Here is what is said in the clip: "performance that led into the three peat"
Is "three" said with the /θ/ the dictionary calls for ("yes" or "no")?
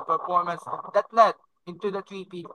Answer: no